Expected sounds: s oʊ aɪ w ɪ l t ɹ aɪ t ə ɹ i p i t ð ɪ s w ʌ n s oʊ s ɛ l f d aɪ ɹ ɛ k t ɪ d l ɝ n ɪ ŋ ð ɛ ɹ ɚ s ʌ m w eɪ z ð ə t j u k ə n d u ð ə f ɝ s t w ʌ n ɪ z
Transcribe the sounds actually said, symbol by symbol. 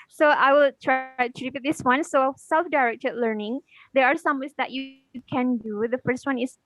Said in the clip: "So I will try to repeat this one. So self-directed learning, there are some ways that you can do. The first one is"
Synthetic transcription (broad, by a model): s oʊ aɪ w ɪ l t ɹ aɪ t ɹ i b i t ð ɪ s w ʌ n s oʊ s ɛ l f d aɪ ɹ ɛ k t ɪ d l ɝ n ɪ ŋ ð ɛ ɹ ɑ s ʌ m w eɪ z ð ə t j u k ə n d u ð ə f ɝ s t w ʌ n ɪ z